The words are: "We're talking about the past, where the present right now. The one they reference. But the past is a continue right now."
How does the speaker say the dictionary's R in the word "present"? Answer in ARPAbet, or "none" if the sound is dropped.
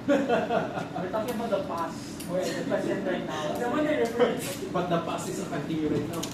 none